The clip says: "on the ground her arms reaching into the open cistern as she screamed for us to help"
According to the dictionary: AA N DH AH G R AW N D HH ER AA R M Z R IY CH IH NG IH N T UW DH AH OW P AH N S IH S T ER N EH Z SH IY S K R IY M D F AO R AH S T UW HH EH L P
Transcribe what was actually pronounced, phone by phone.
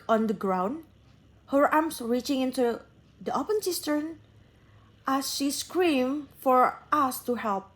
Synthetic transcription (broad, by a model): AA N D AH G R AW N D HH ER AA R M S R IY CH IH NG IH N T UW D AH OW P AH N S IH S T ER N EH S SH IY S K R IY M F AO R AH S T UW HH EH L P